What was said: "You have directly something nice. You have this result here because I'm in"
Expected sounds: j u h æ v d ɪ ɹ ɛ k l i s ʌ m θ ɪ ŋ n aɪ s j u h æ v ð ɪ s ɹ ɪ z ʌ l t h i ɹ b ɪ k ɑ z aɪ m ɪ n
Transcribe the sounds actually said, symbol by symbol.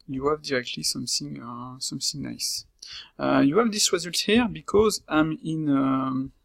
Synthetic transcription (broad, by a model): j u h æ v d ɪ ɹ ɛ k l i s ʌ m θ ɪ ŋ n aɪ s j u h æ v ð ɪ s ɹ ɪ z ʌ l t h i ɹ b ɪ k ɑ z aɪ m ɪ n